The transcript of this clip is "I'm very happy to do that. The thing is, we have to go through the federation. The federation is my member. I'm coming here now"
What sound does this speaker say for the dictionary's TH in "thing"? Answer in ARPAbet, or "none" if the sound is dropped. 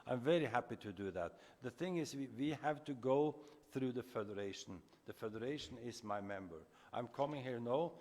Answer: TH